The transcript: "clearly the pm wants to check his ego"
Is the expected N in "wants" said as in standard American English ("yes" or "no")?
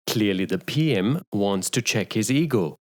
yes